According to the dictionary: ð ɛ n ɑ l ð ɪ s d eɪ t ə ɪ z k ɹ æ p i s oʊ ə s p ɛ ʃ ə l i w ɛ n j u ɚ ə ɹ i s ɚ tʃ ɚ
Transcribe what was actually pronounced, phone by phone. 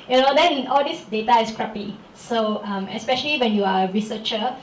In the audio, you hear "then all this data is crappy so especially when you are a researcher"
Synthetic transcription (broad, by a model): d ɛ n ɑ l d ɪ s d eɪ t ə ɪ s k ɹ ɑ p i s oʊ ə s p ɛ ʃ ə l i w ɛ n j u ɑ ə ɹ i s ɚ tʃ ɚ